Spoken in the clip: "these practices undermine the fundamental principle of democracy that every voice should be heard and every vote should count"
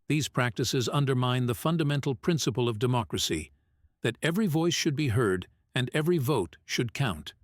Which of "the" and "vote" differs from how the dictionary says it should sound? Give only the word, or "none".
none